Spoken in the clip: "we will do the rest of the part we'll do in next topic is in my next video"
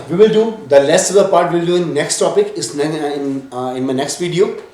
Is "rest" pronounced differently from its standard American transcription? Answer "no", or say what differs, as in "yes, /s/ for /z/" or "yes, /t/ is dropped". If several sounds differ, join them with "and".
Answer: yes, /l/ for /ɹ/